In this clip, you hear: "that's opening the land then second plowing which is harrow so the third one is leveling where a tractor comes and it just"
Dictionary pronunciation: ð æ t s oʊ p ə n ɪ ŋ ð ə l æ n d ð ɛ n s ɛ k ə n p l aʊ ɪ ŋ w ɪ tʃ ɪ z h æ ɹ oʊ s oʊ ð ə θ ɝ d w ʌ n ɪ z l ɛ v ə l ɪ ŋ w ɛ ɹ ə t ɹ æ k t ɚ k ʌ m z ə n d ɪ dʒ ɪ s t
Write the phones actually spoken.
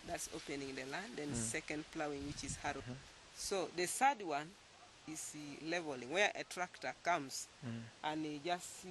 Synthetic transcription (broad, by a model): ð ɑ t s oʊ p ə n ɪ ŋ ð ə l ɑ n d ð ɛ n s ɛ k ə n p l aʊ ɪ ŋ w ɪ tʃ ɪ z h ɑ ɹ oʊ s oʊ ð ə s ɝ d w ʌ n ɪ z l ɛ v ə l ɪ ŋ w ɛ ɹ ə t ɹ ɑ k t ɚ k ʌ m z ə n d ɪ dʒ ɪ s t